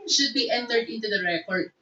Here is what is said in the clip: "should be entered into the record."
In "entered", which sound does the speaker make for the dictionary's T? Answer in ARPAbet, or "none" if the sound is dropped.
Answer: T